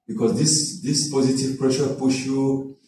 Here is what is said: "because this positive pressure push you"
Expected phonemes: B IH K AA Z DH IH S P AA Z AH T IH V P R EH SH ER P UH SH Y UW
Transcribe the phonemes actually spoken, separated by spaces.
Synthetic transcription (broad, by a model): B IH K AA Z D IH S P AA Z AH T IH V P R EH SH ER P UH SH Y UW